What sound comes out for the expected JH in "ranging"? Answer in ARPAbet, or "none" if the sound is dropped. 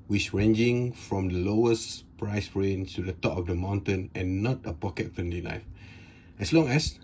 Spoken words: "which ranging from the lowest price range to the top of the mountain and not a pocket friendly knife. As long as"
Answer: JH